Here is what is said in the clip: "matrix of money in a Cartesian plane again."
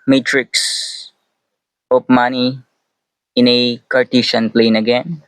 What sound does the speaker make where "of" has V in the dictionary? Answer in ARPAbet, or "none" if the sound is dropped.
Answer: P